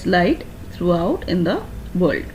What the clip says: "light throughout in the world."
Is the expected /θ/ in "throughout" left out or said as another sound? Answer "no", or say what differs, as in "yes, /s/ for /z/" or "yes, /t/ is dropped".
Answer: yes, /t/ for /θ/